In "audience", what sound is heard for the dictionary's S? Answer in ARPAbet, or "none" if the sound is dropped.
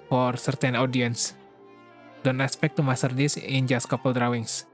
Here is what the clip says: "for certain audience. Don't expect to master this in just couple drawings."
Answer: S